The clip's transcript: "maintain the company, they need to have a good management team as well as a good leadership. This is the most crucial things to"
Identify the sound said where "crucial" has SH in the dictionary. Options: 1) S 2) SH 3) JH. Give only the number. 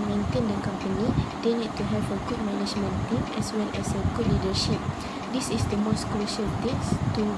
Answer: 2